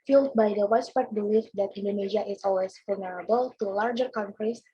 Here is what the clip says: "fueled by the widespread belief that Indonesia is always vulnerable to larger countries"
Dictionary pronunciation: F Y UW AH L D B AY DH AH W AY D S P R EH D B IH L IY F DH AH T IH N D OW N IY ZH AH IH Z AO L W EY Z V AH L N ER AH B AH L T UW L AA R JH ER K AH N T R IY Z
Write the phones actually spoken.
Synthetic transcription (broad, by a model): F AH L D B AY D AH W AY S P EH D B IH L IY F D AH T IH N D OW N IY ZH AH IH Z AO L W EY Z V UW L N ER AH B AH L T UW L AA R JH ER K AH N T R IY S